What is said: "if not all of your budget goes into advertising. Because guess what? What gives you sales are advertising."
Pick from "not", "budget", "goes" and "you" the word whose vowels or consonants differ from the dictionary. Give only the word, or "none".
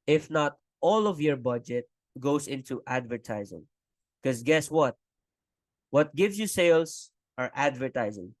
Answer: goes